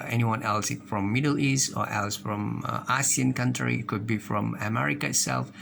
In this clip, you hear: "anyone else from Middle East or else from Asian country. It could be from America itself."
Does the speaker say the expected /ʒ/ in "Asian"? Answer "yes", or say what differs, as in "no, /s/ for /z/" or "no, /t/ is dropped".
no, /s/ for /ʒ/